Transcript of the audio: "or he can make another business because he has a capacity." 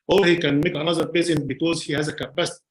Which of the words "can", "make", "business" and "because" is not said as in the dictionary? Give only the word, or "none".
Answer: business